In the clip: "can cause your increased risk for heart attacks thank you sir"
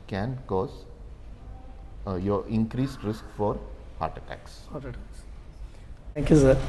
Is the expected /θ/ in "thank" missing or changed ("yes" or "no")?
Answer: yes